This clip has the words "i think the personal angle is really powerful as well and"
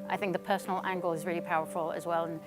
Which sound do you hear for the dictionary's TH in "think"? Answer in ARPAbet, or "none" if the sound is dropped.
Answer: TH